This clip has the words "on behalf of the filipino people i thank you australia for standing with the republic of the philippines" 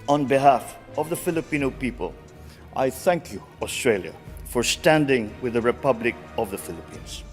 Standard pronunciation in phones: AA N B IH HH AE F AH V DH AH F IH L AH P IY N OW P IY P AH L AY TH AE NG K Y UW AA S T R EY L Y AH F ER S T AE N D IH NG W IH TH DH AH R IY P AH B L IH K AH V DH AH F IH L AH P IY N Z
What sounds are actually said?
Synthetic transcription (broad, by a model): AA N B IH HH AE F AH V DH AH F IH L AH P IY N OW P IY P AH L AY TH AE NG K Y UW AA S T R EY L Y AH F ER S T AE N D IH NG W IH DH AH R IY P AH B L IH K AH V DH AH F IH L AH P IY N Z